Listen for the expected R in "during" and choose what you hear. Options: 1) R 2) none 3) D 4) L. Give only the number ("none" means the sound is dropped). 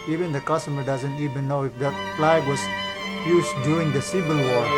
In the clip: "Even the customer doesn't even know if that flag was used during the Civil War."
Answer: 2